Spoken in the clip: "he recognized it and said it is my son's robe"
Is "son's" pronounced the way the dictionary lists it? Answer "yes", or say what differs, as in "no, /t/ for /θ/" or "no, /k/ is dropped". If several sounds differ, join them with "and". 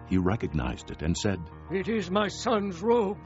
yes